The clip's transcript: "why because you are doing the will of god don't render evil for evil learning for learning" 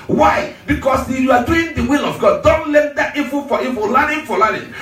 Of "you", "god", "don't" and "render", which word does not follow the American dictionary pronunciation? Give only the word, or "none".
render